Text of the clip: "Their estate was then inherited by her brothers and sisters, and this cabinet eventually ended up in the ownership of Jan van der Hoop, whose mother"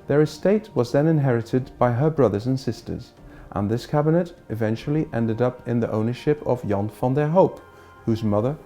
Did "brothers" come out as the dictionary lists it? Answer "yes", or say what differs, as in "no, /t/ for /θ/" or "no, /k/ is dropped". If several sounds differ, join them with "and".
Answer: yes